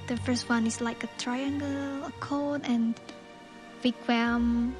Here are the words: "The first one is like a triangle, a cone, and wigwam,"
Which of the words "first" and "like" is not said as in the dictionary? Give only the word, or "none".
none